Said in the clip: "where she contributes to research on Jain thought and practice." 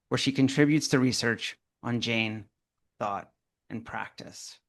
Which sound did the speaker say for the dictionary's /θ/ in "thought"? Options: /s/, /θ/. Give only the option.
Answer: /θ/